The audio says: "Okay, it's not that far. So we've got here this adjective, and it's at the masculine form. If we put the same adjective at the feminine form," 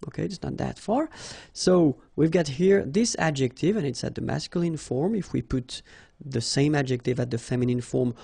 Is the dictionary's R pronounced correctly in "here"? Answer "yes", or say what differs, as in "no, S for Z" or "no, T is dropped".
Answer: yes